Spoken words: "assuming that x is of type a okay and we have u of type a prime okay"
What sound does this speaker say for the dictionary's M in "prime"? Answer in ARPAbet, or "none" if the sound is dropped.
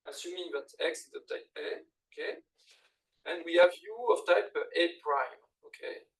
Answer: M